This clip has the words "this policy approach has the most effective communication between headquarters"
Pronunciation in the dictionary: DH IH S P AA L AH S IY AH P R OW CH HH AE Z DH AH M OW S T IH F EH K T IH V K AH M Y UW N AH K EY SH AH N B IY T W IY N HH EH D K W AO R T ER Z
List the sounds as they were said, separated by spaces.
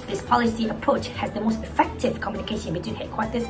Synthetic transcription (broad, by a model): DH IH S P AA L AH S IY AH P R OW CH HH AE Z DH AH M OW S T IH F EH K T IH V K AH M Y UW N AH K EY SH AH N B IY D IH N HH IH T K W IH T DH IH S